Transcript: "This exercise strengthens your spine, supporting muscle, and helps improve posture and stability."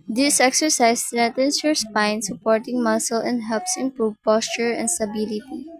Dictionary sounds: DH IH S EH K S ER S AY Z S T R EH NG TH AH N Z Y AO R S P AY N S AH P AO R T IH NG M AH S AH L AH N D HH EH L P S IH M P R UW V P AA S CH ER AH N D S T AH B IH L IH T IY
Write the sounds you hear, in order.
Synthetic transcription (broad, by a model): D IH S EH K S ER S AY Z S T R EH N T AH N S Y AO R S P AY N S AH P AO R T IH NG M AH S AH L AH N D HH EH L P S IH M P R UW V P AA S CH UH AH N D S T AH B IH L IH T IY